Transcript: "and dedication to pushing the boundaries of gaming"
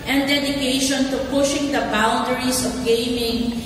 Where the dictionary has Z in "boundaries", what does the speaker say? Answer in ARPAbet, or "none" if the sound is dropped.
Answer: S